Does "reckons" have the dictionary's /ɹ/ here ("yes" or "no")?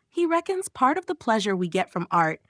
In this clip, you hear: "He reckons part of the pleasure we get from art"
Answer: yes